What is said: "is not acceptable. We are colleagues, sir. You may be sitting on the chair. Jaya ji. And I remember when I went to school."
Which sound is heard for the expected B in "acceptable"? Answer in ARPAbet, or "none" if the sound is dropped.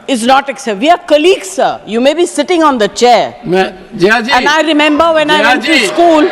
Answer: none